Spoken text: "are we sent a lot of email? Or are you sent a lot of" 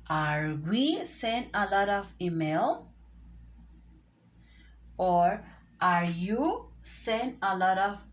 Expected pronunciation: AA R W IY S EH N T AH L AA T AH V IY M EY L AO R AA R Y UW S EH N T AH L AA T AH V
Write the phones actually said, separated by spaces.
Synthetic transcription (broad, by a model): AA R W IY S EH N AH L AA T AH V IY M EY L AO R AA R Y UW S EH N AH L AA T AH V